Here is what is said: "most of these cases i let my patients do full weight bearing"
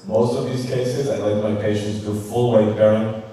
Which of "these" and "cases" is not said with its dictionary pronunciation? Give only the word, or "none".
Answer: none